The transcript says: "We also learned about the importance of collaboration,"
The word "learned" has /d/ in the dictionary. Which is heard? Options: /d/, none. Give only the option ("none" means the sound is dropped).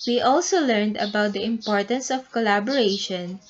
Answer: /d/